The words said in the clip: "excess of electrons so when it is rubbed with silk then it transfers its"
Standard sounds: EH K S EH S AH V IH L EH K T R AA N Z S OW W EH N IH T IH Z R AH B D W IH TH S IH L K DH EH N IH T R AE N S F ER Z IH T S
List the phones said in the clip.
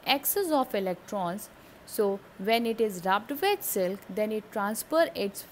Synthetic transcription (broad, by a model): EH K S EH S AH F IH L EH K T R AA N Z S OW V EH N IH T IH Z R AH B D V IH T S IH L K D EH N IH T R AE N S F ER IH T S